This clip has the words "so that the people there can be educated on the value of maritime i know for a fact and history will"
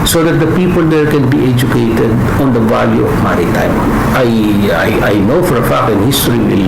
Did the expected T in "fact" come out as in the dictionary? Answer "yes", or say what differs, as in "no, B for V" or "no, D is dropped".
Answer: no, T is dropped